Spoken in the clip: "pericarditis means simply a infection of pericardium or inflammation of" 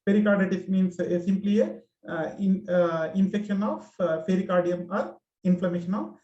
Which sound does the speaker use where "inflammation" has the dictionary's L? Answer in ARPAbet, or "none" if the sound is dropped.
L